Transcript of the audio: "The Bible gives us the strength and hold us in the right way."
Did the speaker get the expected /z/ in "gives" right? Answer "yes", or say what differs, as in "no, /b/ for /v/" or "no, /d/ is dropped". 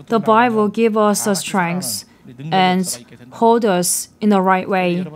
no, /z/ is dropped